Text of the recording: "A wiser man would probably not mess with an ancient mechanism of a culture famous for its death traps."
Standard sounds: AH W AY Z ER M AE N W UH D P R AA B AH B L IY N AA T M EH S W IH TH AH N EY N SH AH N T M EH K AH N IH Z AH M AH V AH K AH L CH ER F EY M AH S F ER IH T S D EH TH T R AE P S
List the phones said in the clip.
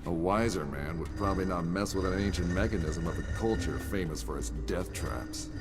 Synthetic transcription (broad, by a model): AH W AY Z ER M AE N W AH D P R AA B AH B L IY N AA T M EH S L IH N AH N EY N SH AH N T M EH K AH N IH Z AH M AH V AH K AH L CH ER F EY M AH S F ER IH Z D EH TH T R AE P S